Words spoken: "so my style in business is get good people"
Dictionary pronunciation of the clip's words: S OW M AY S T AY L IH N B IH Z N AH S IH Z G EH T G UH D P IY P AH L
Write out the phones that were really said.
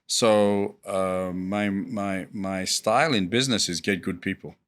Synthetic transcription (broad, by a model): S OW M AY S T AY L IH N B IH Z N AH S IH Z G EH T G UH D P IY P L